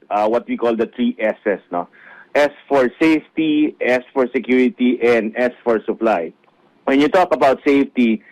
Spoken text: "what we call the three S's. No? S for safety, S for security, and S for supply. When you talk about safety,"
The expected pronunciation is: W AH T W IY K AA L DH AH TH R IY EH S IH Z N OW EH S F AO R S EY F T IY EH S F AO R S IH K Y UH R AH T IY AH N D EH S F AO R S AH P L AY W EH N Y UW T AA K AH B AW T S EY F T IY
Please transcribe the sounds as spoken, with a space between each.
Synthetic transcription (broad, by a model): W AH T W IY K AA L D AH T R IY EH S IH S N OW EH S F AO R S EY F T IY EH S F AO R S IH K Y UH R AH T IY AH N D EH S F AO R S AH P L AY W EH N Y UW T AA K AH B AW T S EY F T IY